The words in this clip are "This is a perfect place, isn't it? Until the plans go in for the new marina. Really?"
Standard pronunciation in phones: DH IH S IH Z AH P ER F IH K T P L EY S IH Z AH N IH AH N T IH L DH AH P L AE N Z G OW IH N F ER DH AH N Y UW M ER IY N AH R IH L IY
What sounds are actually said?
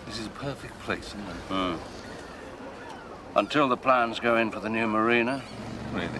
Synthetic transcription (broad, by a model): DH IH S IH Z AH P ER F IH K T P L EY S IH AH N AH N T IH L DH AH P L AE N Z G OW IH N F ER DH AH N Y UW M ER IY N AH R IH